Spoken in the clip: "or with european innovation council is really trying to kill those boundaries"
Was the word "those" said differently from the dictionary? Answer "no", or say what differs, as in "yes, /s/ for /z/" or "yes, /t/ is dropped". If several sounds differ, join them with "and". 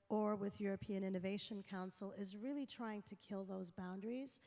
no